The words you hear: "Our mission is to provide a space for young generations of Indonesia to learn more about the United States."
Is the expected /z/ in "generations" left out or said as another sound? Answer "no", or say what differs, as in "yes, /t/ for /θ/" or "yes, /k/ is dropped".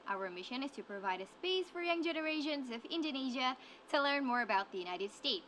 no